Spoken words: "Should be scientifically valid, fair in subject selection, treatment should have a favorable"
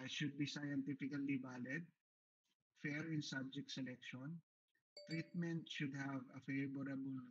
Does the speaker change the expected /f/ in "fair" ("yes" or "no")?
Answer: no